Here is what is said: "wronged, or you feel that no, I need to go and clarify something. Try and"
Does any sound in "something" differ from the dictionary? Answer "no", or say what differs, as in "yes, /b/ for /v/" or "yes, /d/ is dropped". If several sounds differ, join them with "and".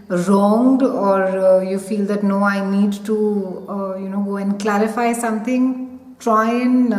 yes, /t/ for /θ/